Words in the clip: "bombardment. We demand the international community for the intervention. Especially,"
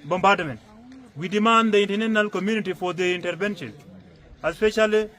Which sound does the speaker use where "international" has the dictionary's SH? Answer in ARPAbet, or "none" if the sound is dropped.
none